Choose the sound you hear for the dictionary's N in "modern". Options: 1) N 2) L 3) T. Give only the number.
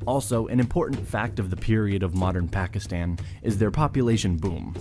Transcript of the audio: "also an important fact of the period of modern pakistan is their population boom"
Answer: 1